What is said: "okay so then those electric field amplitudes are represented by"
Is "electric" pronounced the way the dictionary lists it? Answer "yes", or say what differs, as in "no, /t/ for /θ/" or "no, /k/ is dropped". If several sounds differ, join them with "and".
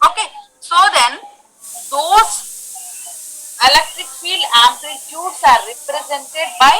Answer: no, /ɹ/ is dropped